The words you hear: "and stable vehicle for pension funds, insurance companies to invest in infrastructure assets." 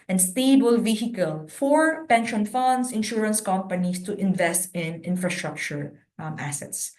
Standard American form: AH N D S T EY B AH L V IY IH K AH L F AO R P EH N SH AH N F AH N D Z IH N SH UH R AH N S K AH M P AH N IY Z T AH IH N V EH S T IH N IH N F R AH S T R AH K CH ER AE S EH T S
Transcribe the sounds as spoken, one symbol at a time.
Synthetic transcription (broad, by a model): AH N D S T EY B AH L V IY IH K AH L F AO R P EH N SH AH N F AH N D S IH N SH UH R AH N S K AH M P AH N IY S T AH IH N V EH S T IH N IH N F R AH S T R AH K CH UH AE S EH T S